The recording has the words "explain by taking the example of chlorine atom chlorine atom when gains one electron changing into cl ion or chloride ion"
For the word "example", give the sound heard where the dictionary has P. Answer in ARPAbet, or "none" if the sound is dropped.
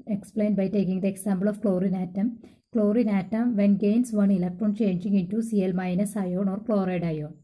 B